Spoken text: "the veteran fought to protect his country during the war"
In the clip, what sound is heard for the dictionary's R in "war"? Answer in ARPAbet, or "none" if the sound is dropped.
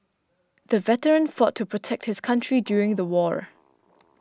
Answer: R